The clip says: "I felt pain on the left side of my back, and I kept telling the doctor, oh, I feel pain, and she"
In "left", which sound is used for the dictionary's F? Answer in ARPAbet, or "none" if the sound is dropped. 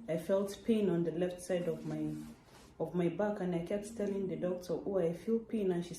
F